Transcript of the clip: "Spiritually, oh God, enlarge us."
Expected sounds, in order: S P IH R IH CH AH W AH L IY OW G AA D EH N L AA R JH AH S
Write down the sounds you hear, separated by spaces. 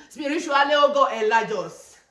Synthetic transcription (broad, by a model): S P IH R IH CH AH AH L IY OW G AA EH L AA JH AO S